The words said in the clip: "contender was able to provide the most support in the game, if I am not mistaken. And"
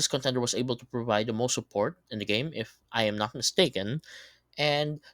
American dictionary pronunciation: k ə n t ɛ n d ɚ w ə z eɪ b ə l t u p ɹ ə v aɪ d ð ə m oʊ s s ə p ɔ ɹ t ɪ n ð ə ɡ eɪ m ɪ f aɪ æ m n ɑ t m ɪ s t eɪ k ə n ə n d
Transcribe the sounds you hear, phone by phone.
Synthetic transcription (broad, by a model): k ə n t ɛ n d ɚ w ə s eɪ b ə l t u p ɹ ə v aɪ d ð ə m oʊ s s ə p ɔ ɹ t ɪ n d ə ɡ eɪ m ɪ f aɪ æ m n ɑ t m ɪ s t eɪ k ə n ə n d